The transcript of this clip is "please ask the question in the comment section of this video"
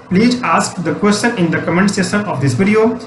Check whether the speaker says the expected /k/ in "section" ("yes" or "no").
no